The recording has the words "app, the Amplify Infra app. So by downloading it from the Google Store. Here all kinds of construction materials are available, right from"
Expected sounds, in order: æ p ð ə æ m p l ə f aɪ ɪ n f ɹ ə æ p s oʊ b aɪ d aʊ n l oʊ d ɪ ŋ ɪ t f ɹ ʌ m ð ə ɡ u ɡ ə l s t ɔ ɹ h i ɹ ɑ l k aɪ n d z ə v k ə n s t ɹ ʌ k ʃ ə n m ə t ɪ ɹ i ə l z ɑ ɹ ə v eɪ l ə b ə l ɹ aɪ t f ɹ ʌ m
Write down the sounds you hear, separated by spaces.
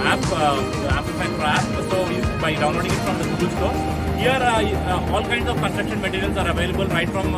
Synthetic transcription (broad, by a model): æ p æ p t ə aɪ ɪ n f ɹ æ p s oʊ b aɪ d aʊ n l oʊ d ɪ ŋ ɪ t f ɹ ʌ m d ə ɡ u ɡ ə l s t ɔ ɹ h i ɹ ɑ l k aɪ n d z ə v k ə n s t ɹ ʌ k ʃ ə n m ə t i ɹ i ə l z ɑ ɹ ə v eɪ l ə b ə l ɹ aɪ t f ɹ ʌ m